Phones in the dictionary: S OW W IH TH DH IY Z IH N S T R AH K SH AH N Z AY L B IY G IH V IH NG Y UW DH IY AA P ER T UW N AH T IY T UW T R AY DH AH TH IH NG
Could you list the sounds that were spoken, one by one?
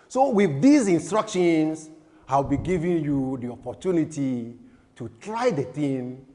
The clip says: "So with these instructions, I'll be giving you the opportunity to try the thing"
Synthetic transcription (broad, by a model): S OW W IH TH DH IY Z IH N S T R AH K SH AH N S AY W B IY G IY V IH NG Y UW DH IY AA P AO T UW N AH T IY T UW T R AY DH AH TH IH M